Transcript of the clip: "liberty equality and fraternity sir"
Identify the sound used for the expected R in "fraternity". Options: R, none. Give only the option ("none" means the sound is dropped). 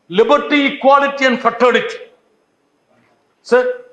none